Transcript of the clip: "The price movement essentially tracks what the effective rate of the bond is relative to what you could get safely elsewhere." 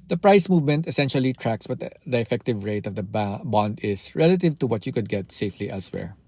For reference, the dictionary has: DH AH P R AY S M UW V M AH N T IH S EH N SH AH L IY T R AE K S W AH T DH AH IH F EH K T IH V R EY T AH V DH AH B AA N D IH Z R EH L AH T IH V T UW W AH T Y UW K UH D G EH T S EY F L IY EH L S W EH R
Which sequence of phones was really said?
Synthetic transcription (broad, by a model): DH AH P R AY S M UW V M AH N T IH S EH N SH AH L IY T R AE K S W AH T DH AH IH F EH K T IH V R EY T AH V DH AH B AA N D IH S R EH L AH T IH V T UW W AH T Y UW K UH D G EH T S EY F L IY EH L S W EH R